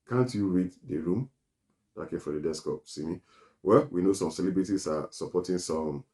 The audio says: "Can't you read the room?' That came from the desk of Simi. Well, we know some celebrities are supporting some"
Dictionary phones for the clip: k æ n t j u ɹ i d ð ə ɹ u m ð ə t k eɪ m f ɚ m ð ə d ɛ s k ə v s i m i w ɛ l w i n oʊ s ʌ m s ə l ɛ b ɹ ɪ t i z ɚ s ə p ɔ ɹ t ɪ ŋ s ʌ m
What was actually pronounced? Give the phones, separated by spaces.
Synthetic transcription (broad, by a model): k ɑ n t j u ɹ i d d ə ɹ u m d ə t k eɪ m f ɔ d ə d ɛ s k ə p s i m i w ɛ l w i n oʊ s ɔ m s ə l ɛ b ɹ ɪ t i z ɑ s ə p ɔ t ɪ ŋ s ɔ m